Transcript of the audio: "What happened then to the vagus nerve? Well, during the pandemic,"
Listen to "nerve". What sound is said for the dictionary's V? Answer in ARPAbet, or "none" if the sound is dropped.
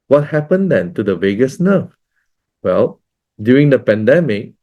F